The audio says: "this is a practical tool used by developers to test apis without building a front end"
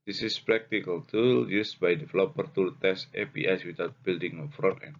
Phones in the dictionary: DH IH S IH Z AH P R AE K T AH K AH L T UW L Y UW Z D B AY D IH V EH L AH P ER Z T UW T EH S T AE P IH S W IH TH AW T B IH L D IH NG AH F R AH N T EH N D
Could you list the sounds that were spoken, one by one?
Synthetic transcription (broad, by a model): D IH S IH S P R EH K T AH K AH L T UW L Y UW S B AY D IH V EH L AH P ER T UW T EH S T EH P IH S W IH T AW T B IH L D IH NG AH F R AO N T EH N